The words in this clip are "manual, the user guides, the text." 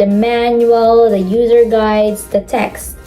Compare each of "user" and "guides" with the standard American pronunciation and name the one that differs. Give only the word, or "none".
none